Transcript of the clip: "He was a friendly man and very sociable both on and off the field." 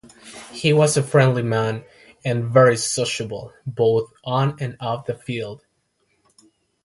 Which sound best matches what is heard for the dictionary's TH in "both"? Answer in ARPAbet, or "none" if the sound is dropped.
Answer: TH